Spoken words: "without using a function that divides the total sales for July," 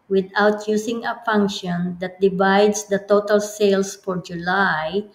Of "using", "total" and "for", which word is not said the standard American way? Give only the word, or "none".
using